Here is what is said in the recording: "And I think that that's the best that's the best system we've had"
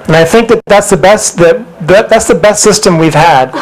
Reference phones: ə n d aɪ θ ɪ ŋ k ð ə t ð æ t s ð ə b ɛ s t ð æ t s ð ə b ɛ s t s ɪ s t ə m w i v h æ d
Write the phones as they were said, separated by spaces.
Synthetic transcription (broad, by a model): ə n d aɪ θ ɪ ŋ k ð ə t ð æ t s ð ə b ɛ s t ð æ t s ð ə b ɛ s t s ɪ s t ə m w i v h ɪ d